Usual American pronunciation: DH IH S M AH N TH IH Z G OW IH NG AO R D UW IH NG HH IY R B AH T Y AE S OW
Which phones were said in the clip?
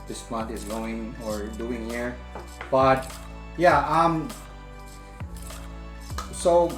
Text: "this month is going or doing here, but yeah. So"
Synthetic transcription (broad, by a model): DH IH S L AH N T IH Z G OW IH NG AO R D UW IH NG HH IY R B AH T Y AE S OW